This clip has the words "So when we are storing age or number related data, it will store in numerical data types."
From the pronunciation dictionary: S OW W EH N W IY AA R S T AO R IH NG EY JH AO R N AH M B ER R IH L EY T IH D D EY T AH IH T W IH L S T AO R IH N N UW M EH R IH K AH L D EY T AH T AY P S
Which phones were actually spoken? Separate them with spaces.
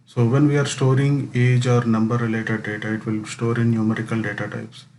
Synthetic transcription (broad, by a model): S OW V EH N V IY AA R S T AO R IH NG EY JH AO R N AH M B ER R IH L EY T IH D D EY T AH IH T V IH L S T AO R IH N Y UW M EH R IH K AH L D EY T AH T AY P S